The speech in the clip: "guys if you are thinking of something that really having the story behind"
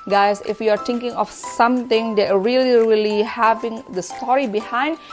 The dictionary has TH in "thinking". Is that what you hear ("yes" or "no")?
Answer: no